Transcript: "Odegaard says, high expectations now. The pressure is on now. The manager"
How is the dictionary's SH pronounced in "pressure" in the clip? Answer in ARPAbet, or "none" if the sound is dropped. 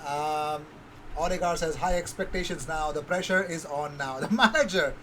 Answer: SH